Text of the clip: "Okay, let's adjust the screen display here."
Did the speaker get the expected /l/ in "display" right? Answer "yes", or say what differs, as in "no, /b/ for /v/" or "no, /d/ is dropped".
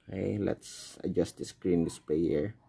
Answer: no, /l/ is dropped